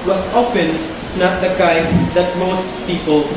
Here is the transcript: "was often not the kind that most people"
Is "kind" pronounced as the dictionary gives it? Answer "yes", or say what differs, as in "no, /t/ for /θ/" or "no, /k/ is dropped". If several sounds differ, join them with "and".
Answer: no, /n/ is dropped